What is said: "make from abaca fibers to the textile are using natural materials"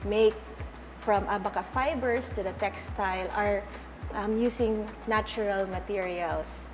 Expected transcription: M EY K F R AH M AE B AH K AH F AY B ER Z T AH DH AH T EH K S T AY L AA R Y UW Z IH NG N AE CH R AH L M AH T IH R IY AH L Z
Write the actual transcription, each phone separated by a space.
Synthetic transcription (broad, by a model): M EY K F R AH M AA B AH K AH F AY B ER S T AH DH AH T EH K S T AY L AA R Y UW S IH NG N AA CH R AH L M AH T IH R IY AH L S